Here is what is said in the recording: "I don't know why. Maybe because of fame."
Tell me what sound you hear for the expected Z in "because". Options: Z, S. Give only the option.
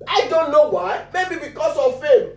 S